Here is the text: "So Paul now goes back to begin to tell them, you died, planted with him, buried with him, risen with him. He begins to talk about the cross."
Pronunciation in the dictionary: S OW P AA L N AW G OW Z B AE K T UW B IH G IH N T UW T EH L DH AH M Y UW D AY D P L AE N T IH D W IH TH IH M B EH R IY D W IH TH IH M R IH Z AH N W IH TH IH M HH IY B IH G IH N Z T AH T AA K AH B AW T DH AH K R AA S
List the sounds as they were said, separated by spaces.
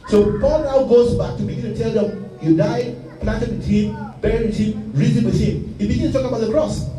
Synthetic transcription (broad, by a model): S OW P AA L N AW G OW Z B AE K T UW B IH G IH N T UW T EH L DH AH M Y UW D AY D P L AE N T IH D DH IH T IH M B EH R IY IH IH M R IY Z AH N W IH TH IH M HH IY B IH G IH N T T AH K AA AH B AW T DH AH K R AA S